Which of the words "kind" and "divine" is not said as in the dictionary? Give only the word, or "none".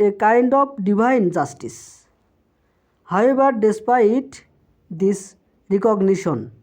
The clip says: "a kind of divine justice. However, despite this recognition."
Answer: divine